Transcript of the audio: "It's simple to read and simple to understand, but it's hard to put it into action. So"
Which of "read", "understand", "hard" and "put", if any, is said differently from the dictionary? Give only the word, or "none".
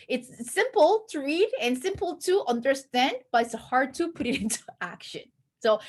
none